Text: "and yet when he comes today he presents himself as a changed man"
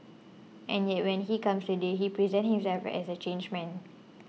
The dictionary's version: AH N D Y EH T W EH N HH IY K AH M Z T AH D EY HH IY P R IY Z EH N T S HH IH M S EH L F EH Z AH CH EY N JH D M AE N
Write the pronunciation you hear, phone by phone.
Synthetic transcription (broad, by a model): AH N Y EH T W EH N HH IY K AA M S T AH D EY HH IY P R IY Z EH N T HH IH M S EH L F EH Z AH CH EY N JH M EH N